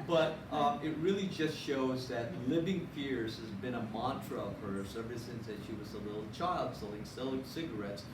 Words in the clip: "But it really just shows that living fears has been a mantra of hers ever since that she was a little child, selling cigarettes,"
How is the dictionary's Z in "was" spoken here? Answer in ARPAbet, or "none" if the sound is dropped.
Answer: Z